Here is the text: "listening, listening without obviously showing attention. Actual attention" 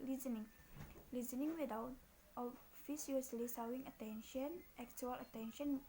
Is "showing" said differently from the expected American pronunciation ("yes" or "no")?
yes